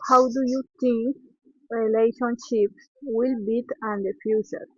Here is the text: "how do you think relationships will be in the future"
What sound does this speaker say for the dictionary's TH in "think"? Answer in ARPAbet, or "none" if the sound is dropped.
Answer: T